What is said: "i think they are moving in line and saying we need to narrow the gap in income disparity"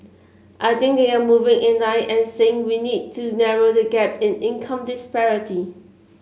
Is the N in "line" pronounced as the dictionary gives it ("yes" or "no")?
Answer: no